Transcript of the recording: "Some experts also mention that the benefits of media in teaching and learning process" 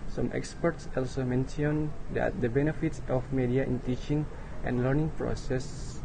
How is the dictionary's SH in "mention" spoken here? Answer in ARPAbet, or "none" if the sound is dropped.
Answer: S